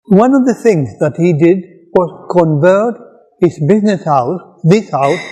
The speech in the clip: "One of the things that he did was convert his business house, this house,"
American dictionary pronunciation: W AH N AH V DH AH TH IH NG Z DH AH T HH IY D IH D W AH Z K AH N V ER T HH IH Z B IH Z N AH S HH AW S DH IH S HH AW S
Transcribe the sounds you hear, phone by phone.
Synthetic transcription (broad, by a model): W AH N AH V DH AH TH IH NG Z DH AH T HH IY D IH D W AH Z K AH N V ER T HH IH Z B IH Z N AH S HH AW S DH IH S HH AW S